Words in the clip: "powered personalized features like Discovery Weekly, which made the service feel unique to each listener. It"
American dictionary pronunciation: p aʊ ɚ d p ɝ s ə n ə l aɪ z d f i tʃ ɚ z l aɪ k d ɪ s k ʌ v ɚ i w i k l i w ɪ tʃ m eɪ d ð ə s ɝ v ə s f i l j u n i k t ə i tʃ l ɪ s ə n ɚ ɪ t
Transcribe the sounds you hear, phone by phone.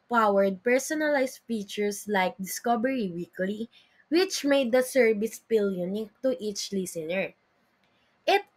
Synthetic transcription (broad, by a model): p aʊ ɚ d p ɝ s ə n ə l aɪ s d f i tʃ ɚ s l aɪ k d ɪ s k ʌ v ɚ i w i k l i w ɪ tʃ m eɪ d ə s ɝ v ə s p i l j u n i k t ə i tʃ l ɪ s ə n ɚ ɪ t